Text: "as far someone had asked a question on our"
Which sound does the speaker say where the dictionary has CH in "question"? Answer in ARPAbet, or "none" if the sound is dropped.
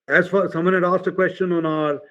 CH